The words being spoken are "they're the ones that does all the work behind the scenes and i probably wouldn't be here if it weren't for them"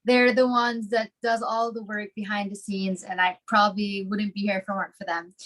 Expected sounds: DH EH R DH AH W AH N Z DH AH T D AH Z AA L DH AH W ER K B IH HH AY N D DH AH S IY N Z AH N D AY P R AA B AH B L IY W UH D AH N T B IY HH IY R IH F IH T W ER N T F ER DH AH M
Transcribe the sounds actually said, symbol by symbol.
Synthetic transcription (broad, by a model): DH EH R DH AH W AH N Z DH AH T D AH Z AA L DH AH W ER K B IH HH AY N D DH AH S IY N Z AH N AY P R AA B AH B L IY W UH D N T B IY HH IY R F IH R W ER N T F ER DH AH M